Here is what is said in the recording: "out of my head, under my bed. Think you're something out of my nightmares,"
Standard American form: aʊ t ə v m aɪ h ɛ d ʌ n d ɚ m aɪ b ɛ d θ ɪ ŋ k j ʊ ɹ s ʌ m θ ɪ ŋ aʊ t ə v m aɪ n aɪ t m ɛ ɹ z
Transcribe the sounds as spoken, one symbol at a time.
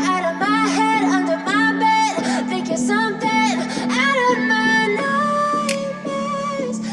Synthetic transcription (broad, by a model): aʊ t ə v m aɪ h ɛ d ʌ n d ɚ m aɪ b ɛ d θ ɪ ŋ k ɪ s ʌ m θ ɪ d aʊ t ə v m aɪ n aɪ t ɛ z